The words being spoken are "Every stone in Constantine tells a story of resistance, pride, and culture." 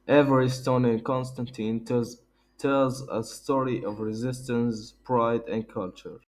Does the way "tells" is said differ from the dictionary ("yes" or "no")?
no